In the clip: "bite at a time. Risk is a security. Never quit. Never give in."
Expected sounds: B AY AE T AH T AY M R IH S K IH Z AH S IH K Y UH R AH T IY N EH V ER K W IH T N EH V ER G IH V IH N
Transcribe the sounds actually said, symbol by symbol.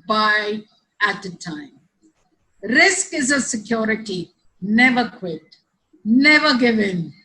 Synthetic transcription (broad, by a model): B AY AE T AH T AY M R IH S K IH Z AH S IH K Y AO R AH T IY N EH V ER K W IH T N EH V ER G IH V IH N